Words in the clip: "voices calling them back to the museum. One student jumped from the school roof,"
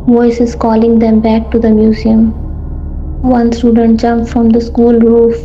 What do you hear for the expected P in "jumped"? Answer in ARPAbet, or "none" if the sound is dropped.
F